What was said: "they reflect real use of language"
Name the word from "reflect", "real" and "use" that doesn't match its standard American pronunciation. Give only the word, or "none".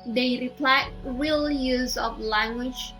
reflect